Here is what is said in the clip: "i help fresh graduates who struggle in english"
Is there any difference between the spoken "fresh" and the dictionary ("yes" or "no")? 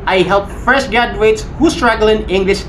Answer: yes